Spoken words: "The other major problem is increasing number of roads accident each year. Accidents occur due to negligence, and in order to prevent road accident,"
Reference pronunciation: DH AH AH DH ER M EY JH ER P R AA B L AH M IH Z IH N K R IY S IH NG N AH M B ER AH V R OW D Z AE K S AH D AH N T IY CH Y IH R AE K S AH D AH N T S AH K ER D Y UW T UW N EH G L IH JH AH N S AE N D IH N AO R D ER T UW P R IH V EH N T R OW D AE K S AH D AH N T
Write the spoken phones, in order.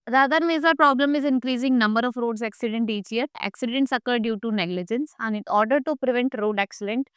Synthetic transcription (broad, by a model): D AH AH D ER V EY Z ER P R AA B L AH M IH Z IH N K R IY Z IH NG N AH M B ER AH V R OW D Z AE K S AH D AH N T IY CH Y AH R AE K S AH D AH N T S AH K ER D Y UW T UW N EH G L IH JH AH N S AE N D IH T AO R D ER T UW P R IH V EH N T R OW D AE K S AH D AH N T